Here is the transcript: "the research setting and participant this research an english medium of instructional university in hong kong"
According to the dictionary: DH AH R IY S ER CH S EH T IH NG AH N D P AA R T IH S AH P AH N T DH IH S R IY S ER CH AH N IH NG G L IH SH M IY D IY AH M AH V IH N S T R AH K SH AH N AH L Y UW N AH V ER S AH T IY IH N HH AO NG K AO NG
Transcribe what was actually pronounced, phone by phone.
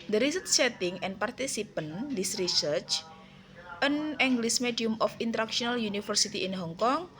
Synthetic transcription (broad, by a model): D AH R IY S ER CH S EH T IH NG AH N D P AA R T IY S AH P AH N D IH S R IY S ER CH AH N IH NG G L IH S M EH D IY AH M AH F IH N T R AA K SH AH N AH L Y UW N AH F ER S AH T IY IH N HH AO NG K AO NG